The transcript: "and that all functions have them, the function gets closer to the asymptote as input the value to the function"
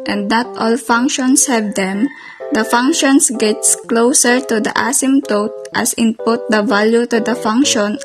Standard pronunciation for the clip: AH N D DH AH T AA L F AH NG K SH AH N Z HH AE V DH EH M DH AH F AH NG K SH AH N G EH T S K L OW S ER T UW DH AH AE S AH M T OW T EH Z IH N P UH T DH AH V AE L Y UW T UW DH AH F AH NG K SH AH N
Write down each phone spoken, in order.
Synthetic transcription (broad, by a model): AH N D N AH T AA L F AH NG K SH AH N S HH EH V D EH M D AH F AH NG K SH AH N G EH T S K L OW S ER T UW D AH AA S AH M T OW T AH S IH N P UH T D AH V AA L Y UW T UW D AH F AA NG K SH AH N